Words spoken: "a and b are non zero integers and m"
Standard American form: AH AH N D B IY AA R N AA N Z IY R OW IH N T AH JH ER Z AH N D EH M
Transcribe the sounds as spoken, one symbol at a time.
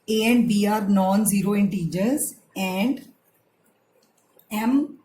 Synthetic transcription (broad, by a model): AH AH N D B IY AA R N AA N Z IY R OW IH N T AH JH ER Z AH N D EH M